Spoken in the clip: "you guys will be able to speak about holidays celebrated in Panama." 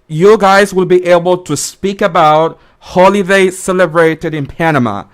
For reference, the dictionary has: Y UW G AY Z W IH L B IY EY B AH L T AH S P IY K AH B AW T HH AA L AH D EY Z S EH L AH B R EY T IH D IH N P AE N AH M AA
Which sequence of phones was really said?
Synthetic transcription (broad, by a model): Y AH G AY Z W IH L B IY EY B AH L T AH S P IY K AH B AW T HH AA L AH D EY S EH L AH B R EY T IH D IH N P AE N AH M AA